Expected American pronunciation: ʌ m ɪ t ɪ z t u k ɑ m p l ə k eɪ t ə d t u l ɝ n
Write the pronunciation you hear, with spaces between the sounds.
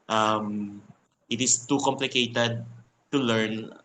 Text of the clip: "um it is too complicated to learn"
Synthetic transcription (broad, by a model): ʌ m ɪ t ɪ s t u k ɑ m p l ə k eɪ t ə d t u l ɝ n